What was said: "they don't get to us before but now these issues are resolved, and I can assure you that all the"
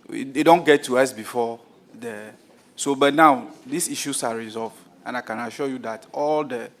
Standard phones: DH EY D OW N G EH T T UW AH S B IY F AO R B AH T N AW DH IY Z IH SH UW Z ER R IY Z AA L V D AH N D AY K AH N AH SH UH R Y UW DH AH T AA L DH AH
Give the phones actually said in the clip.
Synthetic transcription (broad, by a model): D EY D OW N G EH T T UW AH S B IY F AO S B AH T N AW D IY S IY SH UW S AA R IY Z AA L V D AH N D AY K AH N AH SH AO Y UW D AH T AA L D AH